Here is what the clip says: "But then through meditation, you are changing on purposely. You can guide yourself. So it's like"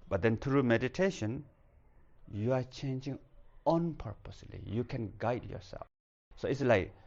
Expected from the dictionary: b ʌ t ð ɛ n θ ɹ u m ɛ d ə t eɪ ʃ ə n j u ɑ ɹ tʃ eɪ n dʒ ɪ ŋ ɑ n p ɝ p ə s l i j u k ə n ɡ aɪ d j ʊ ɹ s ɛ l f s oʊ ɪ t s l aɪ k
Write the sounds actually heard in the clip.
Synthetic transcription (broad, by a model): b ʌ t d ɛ n t ɹ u m ɛ d ə t eɪ ʃ ə n j u ɑ ɹ tʃ eɪ n dʒ ɪ ŋ ɑ n p ɝ p ə s l i j u k ə n ɡ aɪ d j ʊ ɹ s ɛ l f s oʊ ɪ t s l aɪ k